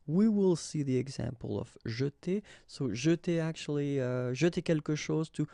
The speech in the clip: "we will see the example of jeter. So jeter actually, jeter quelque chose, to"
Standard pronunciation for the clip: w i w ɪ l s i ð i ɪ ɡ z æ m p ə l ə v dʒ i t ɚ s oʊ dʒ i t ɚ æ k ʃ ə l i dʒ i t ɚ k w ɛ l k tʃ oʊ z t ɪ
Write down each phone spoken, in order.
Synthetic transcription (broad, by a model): w i w ɪ l s i ð i ɪ ɡ z æ m p ə l ə v ʒ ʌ t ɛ s oʊ ʒ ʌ t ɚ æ k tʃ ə l i ʒ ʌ t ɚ k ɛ l k ʃ oʊ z t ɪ